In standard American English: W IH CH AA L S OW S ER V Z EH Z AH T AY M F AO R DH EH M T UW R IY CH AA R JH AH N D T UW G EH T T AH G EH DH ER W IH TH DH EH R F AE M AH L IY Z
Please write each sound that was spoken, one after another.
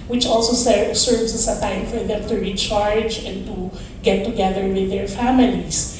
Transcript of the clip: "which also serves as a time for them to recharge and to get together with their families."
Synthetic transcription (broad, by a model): W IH CH AA L S OW S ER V S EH S AH T AY M F AO R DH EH M T UW R IY CH AA R JH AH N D T UW G EH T T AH G EH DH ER W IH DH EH R F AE M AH L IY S